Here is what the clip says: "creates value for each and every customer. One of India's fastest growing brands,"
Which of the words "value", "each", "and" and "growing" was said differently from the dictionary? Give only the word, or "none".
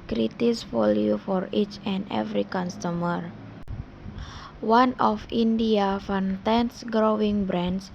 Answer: value